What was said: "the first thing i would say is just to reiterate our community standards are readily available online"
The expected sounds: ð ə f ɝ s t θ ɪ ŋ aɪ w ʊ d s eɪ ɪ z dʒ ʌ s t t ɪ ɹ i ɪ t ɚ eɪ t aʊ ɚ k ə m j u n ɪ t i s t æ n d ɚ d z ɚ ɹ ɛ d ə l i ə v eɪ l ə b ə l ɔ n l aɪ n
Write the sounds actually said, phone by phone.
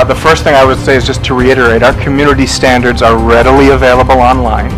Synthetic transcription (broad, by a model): ð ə f ɝ s t θ ɪ ŋ aɪ w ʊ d s eɪ ɪ z dʒ ʌ s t t ɪ ɹ i ɪ t ɚ eɪ t aʊ ɚ k ə m j u n ɪ t i s t æ n d ɚ d z ɚ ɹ ɛ d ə l i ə v eɪ l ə b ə l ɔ n l aɪ n